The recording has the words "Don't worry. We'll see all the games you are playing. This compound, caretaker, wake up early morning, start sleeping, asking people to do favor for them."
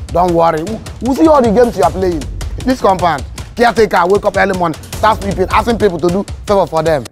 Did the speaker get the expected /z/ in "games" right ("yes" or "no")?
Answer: no